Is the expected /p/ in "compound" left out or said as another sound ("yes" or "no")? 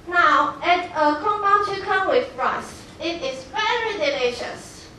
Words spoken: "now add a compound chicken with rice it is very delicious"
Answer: yes